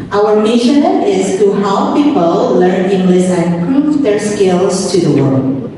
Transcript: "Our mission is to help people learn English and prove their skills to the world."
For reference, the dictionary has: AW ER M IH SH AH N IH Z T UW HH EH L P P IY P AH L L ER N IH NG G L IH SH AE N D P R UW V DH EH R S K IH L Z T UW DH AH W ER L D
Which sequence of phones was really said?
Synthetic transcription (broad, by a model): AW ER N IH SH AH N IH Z T UW HH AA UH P P IY P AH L L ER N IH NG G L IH S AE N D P R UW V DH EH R S K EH L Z T UW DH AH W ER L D